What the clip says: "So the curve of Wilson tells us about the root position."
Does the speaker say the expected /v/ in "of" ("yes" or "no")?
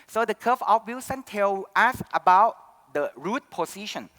no